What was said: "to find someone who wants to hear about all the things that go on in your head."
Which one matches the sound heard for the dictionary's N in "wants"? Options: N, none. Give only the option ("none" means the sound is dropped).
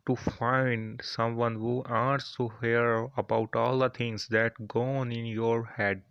none